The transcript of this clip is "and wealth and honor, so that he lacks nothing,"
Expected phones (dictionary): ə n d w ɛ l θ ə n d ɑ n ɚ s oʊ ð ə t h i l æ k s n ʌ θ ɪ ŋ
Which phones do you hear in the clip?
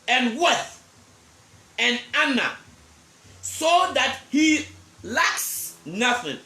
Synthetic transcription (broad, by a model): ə n w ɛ θ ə n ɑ n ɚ s oʊ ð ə t h i l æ k s n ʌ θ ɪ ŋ